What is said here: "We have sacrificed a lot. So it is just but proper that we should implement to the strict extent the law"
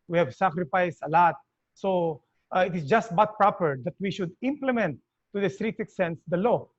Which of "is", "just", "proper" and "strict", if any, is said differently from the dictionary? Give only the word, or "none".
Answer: is